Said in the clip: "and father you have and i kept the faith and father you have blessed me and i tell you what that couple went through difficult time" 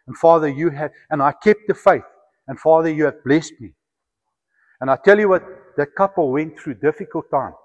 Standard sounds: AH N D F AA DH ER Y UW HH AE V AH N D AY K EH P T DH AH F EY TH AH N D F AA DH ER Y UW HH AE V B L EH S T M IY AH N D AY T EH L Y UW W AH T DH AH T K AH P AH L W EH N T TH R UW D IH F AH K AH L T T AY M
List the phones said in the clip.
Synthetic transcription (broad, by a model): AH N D F AA DH ER Y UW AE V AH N AY K EH P T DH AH F EY TH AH N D F AA DH ER Y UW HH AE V B L EH S T M IY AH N AY T EH L Y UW W AH T DH AH T K AH P AH L W EH N T TH R UW D IH F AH K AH L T T AY M